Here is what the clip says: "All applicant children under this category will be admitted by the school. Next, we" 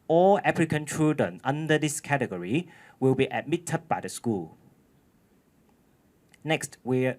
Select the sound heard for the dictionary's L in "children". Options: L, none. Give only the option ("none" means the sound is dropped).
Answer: none